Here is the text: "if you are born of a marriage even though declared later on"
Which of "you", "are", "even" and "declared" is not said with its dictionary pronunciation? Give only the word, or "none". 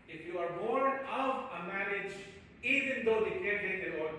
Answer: declared